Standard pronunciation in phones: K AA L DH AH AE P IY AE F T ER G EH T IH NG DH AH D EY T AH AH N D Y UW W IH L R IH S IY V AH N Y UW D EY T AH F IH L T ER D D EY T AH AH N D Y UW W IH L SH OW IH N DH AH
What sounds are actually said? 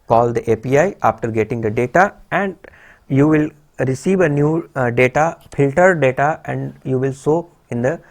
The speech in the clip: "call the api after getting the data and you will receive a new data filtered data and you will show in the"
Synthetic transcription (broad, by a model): K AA L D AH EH P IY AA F T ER G EH T IH NG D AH D EY T AH AH N D Y UW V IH L R IH S IY V AH N Y UW D EY T AH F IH L T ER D D EY T AH AH N D Y UW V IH L S OW IH N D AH